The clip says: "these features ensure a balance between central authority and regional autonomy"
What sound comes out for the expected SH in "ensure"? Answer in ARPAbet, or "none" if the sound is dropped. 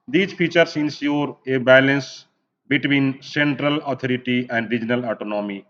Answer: S